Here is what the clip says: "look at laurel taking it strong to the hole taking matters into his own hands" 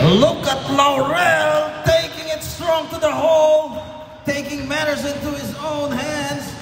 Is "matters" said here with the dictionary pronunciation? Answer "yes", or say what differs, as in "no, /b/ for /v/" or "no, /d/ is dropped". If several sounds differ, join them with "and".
yes